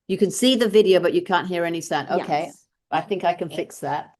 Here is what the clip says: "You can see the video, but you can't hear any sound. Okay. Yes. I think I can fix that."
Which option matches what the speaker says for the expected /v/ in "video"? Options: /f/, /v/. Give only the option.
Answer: /v/